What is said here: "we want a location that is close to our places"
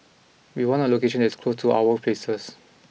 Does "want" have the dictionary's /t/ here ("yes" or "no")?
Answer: no